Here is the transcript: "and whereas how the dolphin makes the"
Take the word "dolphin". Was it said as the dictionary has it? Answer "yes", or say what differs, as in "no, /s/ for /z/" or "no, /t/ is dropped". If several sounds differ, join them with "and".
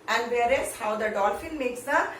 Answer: no, /l/ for /n/